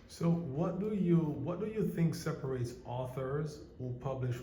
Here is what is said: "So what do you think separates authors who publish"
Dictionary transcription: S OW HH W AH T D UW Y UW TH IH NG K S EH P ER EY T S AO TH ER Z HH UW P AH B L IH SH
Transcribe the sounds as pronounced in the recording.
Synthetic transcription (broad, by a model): S OW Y W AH T D UW Y UW TH IH NG K S EH P ER EY T S AO TH ER Z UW P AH B L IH SH